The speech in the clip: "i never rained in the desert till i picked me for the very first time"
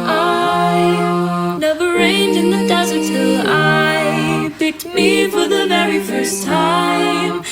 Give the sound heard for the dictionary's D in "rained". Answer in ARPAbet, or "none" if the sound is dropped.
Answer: D